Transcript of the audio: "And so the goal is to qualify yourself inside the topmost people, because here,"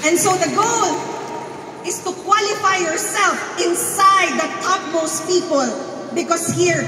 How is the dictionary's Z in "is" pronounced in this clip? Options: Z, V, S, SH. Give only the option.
S